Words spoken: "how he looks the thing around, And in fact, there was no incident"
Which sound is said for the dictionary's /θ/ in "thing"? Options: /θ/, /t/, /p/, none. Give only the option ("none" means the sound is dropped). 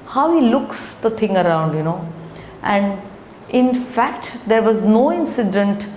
/t/